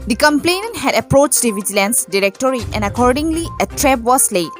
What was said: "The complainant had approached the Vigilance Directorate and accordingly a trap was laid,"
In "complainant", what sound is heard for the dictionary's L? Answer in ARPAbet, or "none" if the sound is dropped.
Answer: L